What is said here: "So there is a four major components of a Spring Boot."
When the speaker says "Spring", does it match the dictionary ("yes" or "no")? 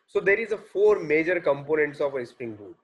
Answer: no